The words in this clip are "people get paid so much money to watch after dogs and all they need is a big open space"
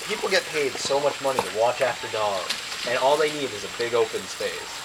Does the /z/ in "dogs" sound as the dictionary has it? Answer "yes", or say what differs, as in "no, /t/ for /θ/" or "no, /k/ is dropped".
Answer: no, /z/ is dropped